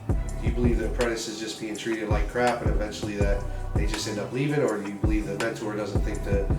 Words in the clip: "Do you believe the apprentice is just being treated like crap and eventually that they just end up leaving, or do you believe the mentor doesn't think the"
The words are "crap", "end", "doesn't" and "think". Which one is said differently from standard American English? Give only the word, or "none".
none